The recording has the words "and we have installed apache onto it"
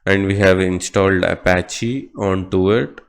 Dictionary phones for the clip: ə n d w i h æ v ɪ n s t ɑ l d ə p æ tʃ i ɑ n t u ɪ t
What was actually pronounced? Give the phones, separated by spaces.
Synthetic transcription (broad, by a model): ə n d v i h æ v ɪ n s t ɑ l d ə p æ tʃ i ɑ n t u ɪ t